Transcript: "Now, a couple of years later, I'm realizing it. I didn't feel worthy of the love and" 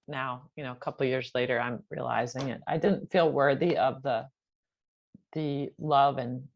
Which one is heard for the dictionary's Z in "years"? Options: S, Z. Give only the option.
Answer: Z